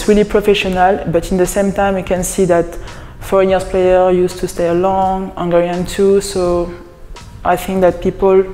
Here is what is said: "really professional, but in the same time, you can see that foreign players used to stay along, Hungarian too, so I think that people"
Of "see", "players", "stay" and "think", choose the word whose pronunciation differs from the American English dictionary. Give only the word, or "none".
players